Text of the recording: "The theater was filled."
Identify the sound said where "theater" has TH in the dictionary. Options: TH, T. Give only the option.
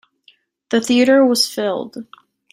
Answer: TH